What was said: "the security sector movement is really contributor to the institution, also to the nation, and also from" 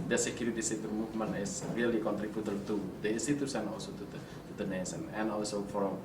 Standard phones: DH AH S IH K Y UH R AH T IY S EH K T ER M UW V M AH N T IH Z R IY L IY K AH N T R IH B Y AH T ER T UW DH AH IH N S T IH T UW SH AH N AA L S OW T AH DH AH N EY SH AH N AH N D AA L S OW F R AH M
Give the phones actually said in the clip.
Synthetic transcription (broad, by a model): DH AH S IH K Y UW R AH T IY S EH T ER M UW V M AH N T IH S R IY L IY K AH N T R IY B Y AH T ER T UW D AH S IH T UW S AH N AA L S OW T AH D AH N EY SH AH N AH N AA L S OW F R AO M